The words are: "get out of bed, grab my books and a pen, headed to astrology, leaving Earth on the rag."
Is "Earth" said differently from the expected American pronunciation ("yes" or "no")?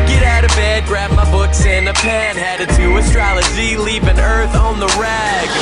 no